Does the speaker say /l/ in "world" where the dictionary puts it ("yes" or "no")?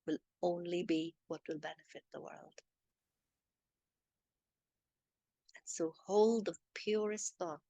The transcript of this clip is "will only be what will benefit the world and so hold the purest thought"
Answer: yes